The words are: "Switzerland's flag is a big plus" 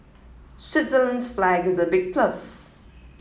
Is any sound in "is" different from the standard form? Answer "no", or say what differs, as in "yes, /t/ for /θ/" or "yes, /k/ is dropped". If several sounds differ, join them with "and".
no